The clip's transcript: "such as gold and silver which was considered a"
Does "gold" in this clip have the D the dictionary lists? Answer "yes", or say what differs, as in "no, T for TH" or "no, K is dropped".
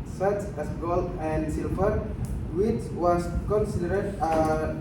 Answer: no, D is dropped